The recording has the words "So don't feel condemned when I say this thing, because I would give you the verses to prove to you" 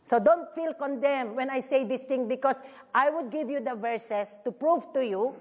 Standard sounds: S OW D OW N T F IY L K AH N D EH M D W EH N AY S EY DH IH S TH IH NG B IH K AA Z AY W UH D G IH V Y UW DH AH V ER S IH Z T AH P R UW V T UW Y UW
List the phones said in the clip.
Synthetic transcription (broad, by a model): S OW D OW N T F IY L K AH N D EH M W EH N AY S EY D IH S T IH NG B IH K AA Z AY W UH D G IH V Y UW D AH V ER S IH S T AH P R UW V T UW Y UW